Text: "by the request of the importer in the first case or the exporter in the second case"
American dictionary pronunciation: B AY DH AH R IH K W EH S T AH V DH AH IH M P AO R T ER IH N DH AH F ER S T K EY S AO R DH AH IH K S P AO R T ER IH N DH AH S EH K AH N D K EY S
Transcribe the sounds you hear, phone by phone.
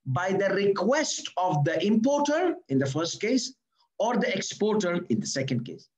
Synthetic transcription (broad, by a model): B AY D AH R IH K W EH S T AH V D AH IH M P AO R T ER IH N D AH F ER S T K EY S AO R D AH IH K S P AO R T ER IH N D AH S EH K AH N D K EY S